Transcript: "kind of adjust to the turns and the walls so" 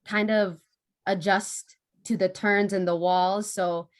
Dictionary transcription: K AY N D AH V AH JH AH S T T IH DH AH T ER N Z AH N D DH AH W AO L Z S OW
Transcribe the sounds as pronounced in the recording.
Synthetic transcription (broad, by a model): K AY N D AH V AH JH AH S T T IH DH AH T ER N Z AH N DH AH W AO L Z S OW